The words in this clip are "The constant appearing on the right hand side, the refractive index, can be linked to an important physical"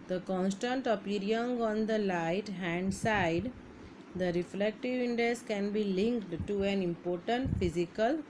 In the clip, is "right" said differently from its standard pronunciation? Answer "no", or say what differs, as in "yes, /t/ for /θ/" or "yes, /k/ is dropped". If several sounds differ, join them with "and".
yes, /l/ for /ɹ/